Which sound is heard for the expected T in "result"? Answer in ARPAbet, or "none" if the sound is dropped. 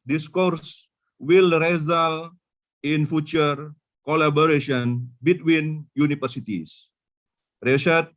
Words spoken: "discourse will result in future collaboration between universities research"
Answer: none